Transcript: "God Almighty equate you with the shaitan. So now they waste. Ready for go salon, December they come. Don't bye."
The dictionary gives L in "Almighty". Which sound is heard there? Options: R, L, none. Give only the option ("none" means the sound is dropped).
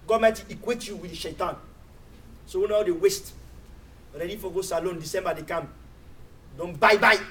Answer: none